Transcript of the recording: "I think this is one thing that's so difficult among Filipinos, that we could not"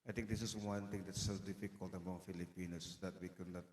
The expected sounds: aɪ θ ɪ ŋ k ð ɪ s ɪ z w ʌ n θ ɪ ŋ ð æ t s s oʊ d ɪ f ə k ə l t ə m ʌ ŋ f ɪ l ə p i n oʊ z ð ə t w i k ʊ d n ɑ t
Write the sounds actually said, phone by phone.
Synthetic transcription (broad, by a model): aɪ t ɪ ŋ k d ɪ s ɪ s w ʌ n t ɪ ŋ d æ t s s oʊ d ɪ f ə k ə l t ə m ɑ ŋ f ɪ l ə p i n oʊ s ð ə t w i k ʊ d n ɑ t